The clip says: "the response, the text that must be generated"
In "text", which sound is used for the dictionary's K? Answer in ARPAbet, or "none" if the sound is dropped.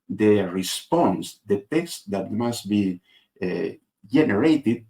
K